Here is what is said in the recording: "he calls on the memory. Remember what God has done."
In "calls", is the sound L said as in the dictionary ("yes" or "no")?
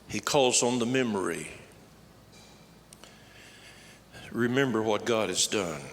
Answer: yes